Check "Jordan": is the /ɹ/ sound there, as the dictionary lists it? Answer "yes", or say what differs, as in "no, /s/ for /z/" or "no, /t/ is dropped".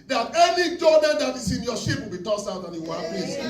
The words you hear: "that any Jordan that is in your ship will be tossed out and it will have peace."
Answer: no, /l/ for /ɹ/